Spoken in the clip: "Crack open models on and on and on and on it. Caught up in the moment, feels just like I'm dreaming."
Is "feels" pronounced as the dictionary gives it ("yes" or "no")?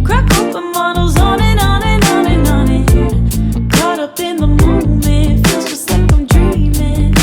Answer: no